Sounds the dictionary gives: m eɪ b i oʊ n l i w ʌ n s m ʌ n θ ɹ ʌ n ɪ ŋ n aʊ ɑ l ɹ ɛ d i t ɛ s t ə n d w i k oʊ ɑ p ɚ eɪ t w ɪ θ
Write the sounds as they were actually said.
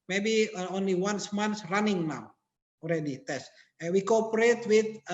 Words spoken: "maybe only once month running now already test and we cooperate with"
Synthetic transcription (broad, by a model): m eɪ b i oʊ n l i w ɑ n s m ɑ n s ɹ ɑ n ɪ ŋ n aʊ ɑ l ɹ ɛ d i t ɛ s ə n w i k oʊ ɑ p ɚ eɪ t w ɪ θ